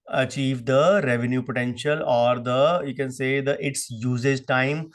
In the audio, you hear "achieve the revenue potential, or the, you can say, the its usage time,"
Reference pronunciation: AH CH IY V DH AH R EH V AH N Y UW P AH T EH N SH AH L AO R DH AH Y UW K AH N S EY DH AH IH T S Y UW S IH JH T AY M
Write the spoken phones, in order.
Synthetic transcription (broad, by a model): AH CH IY V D AH R EH V AH N Y UW P AH T EH N SH AH L AO R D AH Y UW K AH N S EY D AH IH T S Y UW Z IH Z T AY M